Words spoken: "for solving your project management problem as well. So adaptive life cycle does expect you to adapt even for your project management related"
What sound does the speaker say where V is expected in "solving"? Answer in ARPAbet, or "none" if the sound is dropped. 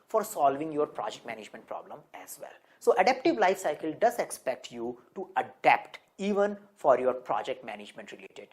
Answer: V